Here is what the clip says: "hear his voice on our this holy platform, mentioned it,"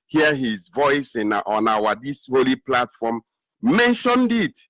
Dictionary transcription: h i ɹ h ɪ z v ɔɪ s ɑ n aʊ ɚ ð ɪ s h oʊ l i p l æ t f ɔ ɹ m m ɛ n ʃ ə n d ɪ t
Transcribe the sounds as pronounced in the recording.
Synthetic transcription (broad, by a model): h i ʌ h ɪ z v ɔɪ s ɑ n aʊ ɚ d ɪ s h oʊ l i p l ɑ t f ɔ m m ɛ n ʃ ə n d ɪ t